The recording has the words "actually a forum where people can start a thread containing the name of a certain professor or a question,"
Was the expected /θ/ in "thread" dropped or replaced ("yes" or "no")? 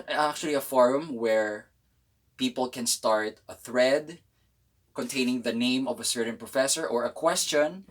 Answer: no